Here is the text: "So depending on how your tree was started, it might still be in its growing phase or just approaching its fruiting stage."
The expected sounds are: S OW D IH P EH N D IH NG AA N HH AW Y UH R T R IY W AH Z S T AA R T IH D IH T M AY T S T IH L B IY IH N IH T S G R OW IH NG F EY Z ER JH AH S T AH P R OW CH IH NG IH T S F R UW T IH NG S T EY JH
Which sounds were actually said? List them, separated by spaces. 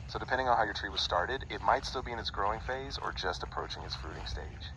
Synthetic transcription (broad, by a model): S OW D IH P EH N D IH NG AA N HH AW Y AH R T R IY W AH Z S T AA R T IH D IH T M AY T S T IH L B IY IH N IH T S G R OW IH NG F EY Z ER JH AH S T AH P R OW CH IH NG IH T S F R UW T IH NG S T EY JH